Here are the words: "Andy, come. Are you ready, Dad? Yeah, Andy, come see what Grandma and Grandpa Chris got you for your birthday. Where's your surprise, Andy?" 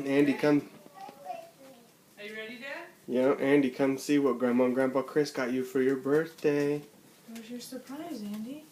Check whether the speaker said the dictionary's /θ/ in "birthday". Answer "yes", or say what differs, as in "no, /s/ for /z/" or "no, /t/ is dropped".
yes